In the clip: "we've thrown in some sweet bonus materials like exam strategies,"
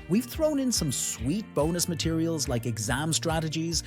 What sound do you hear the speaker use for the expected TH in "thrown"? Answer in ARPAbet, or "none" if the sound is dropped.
TH